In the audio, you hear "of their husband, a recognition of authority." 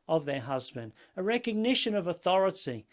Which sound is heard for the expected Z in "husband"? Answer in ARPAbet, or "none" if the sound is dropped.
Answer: Z